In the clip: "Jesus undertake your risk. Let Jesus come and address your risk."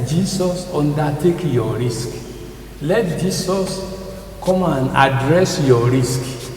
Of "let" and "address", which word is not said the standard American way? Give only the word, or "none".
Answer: none